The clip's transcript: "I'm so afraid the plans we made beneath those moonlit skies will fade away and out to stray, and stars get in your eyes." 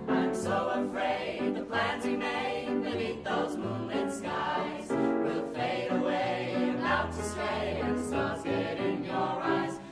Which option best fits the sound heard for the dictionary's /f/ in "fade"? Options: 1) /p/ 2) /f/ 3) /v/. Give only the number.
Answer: 2